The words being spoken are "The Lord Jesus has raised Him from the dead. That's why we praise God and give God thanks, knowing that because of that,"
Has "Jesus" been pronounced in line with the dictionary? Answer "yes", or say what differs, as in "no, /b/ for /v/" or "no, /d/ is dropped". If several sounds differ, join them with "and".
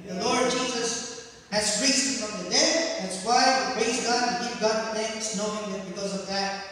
yes